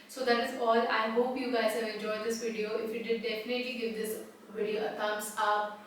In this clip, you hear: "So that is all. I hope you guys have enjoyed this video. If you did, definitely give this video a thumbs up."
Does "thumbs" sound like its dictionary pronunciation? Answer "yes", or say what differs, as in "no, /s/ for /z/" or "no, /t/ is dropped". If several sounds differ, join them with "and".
no, /t/ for /θ/ and /s/ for /z/